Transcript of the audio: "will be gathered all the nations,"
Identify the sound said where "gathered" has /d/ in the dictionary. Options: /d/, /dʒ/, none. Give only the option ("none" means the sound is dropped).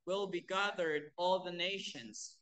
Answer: /d/